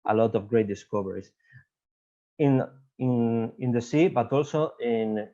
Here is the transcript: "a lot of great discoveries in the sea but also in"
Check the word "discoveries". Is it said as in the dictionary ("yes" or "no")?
no